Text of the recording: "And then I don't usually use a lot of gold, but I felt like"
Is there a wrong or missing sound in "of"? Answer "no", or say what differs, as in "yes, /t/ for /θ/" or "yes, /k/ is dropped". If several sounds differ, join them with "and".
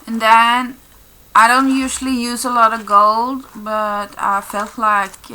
no